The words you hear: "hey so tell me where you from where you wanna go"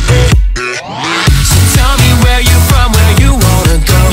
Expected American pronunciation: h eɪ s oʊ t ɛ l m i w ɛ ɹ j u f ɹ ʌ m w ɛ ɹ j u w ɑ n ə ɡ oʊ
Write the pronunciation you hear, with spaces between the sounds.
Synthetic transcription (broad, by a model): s t ɛ l m i w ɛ ɹ j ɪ f ɹ ʌ m w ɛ ɹ j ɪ w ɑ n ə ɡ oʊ